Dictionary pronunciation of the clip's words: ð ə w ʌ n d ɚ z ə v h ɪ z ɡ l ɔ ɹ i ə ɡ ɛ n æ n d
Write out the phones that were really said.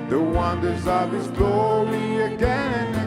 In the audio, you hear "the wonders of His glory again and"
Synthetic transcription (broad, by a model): ð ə w ʌ n d ɚ z ə v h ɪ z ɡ l ɔ ɹ i ə ɡ ɛ n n